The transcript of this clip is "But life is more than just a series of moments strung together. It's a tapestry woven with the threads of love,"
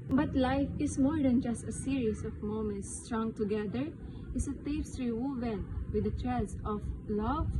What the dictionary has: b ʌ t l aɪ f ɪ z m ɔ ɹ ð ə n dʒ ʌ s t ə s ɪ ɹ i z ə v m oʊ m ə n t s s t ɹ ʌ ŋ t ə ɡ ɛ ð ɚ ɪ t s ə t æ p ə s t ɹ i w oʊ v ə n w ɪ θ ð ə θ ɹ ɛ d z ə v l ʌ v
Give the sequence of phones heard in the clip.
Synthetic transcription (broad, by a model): b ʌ t l aɪ f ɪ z m ɔ ɹ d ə n dʒ ʌ s t ə s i ɹ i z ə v m oʊ m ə n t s s t ɹ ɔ ŋ t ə ɡ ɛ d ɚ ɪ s ə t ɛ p s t ɹ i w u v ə n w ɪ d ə t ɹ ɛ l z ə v l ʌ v